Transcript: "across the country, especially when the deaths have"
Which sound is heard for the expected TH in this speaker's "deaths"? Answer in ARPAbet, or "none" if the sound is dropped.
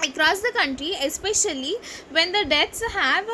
T